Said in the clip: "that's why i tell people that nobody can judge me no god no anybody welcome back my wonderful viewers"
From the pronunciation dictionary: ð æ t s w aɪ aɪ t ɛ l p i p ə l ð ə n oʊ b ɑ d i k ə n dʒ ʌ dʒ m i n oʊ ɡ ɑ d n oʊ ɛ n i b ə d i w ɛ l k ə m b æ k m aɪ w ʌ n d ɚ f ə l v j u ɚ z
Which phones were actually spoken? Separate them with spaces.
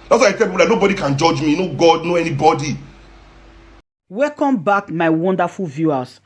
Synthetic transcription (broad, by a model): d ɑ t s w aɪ aɪ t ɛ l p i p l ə n oʊ b ɑ d i k ə n dʒ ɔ dʒ m i n oʊ ɡ ɑ d n oʊ ɛ n i b ə d i w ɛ k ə m b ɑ k m aɪ w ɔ n d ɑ f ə l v j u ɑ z